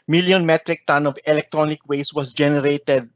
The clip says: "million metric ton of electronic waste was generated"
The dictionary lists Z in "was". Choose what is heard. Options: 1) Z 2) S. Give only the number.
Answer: 2